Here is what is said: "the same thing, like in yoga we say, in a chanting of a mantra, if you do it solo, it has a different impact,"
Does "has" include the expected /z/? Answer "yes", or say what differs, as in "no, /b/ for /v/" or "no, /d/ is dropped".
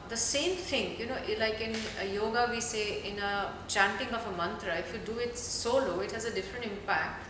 yes